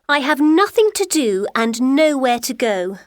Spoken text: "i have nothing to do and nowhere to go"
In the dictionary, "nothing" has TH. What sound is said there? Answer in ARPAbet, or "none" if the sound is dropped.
TH